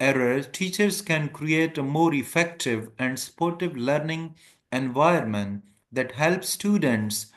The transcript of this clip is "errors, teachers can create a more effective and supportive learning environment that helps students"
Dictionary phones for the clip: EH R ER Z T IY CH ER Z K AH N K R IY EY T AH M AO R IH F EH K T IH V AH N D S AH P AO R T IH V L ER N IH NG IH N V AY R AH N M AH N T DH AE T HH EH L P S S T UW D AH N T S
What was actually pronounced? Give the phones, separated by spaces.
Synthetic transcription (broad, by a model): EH R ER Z T IY CH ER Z K AH N K R IY EY T AH M AO R IH F EH K T IH V AH N D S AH P AO R T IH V L ER N IH NG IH N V AY AH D M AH N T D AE T HH EH L P S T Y UW D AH N T S